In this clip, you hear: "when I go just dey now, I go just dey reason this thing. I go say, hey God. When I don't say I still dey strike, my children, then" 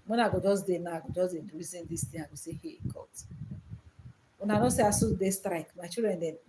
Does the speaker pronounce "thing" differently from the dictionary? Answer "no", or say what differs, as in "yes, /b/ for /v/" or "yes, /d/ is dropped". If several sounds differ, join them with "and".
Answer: yes, /t/ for /θ/